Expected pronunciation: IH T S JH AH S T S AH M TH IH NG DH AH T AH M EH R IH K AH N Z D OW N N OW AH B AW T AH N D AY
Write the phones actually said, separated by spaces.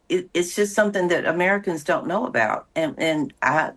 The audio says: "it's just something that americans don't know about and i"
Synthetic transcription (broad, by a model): IH T S JH AH S T S AH M TH IH NG DH AH T AH M EH R IH K AH N Z D OW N N OW AH B AW T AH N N AY